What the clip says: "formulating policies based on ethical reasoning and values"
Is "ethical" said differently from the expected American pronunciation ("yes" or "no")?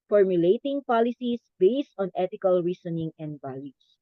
yes